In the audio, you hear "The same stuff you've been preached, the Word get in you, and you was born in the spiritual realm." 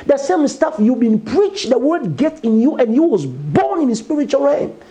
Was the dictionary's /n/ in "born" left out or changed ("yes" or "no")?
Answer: no